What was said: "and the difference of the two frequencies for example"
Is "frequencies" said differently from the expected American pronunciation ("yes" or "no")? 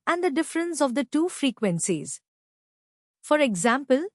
no